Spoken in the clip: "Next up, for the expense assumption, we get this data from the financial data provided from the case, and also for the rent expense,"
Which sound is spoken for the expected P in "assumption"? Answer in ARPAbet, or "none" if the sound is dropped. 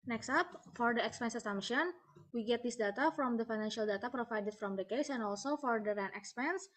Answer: none